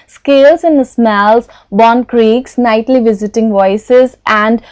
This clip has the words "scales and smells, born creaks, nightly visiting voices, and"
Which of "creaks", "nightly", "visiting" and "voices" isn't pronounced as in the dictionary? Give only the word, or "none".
none